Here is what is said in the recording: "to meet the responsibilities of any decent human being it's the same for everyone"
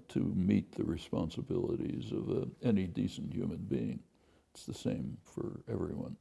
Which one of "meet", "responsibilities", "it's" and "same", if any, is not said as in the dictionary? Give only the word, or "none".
none